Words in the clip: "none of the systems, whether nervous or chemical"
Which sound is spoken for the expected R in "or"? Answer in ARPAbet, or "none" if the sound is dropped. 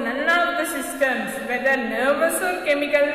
L